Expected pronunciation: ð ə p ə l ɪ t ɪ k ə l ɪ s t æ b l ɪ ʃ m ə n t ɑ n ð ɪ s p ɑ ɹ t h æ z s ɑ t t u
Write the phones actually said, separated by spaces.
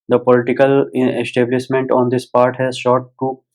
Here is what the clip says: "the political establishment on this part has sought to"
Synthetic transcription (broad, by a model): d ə p ə l ɪ t ɪ k ə l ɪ s t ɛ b l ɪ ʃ m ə n t ɑ n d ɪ s p ɑ ɹ t h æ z ʃ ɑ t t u